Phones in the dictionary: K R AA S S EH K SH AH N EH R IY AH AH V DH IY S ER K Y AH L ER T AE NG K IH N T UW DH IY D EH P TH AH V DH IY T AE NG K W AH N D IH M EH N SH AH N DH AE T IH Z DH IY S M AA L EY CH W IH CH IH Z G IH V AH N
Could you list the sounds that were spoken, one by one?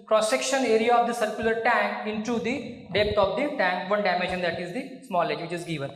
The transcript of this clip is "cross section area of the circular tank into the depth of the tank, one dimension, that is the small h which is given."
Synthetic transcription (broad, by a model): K R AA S S EH K SH AH N EH R IY AH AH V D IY S ER K Y AH L ER T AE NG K IH N T UW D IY D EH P T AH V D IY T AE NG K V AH N D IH M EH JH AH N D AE T IH Z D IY S M AA L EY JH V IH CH IH Z G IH V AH N